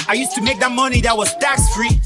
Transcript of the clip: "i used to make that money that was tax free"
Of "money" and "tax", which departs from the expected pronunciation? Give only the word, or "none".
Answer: none